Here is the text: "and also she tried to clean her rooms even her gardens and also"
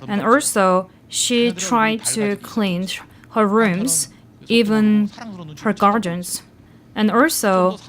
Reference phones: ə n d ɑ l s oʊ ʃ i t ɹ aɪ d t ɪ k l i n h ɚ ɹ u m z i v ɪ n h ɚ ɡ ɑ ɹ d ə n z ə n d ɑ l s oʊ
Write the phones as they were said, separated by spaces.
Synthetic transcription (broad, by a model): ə n ɑ l s oʊ ʃ i t ɹ aɪ d t ɪ k l i n h ɚ ɹ u m z i v ɪ n h ɚ ɡ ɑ ɹ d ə n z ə n ɑ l s oʊ